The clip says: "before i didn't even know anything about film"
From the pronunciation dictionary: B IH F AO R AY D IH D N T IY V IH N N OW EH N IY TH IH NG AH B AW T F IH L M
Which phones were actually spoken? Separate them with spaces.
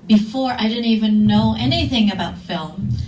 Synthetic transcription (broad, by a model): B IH F AO R AY D IH D N T IY V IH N N OW EH N IY TH IH NG AH B AW T F IH L M